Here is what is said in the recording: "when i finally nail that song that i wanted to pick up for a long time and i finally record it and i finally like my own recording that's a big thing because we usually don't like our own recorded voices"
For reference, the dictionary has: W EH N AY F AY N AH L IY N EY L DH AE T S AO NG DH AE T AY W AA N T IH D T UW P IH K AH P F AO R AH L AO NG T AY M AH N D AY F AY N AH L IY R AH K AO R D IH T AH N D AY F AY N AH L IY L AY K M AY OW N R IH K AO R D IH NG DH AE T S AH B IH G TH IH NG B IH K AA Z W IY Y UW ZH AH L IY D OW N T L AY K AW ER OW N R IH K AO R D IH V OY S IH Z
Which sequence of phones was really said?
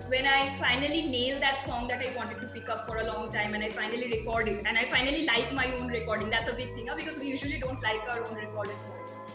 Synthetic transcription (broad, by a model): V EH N AY F AY N AH L IY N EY L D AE T S AO NG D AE T AY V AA N T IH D T UW P IH K AH P F AO R AH L AO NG T AY M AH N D AY F AY N AH L IY R AH K AO R D IH T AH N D AY F AY N AH L IY L AY K M AY OW N R IH K AO R D IH NG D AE T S AH B IH G T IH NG B IH K AA Z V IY Y UW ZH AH L IY D OW N T L AY K AW ER OW N R IH K AO R D IH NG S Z